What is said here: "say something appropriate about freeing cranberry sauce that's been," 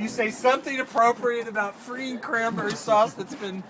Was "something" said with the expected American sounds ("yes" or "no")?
yes